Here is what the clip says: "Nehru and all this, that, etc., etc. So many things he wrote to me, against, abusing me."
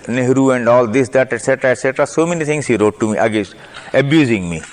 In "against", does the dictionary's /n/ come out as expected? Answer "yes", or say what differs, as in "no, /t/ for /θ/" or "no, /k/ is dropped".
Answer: no, /n/ is dropped